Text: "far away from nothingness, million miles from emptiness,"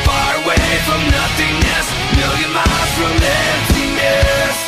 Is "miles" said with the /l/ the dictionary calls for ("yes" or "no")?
no